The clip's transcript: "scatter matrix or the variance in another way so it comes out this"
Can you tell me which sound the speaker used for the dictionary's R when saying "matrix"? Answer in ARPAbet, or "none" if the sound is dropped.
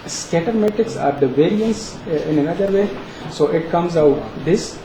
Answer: none